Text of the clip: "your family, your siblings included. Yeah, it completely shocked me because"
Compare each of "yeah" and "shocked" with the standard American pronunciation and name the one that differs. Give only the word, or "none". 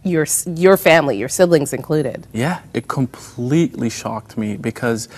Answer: none